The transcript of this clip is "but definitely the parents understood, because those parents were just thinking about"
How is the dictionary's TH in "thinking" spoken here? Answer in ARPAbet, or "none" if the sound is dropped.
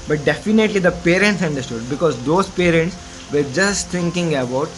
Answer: T